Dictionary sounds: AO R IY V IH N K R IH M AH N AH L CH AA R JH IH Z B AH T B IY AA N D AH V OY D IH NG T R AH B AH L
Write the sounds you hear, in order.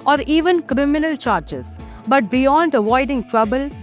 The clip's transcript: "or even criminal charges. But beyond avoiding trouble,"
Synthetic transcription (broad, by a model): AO R IY V IH N K R IH M AH N AH L CH AA R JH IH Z B AH T B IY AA N D AH V OY D IH NG T R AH B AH L